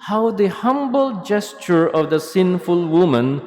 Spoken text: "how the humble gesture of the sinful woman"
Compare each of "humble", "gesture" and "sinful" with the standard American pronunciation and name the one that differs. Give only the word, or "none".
none